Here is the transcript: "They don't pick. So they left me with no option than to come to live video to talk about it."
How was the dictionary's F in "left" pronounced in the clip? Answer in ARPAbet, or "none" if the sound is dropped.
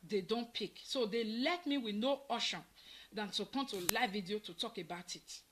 none